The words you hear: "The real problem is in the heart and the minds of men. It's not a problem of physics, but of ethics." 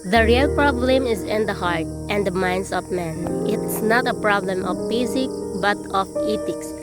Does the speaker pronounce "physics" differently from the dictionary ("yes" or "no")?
yes